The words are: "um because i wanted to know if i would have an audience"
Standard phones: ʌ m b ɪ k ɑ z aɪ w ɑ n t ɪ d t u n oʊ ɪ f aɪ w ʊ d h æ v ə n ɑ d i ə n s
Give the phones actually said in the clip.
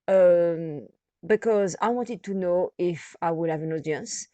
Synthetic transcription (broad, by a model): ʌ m b ɪ k ɑ z aɪ w ɑ n t ɪ d t u n oʊ ɪ f aɪ w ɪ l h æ v ə n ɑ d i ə n s